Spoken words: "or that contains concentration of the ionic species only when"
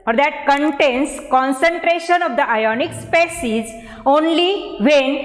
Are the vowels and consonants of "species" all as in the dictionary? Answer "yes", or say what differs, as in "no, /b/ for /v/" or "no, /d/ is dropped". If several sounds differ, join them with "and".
no, /s/ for /ʃ/